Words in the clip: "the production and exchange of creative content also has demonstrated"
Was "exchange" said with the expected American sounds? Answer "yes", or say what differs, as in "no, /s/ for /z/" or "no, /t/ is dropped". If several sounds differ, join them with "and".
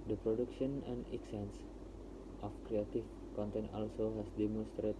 no, /tʃ/ is dropped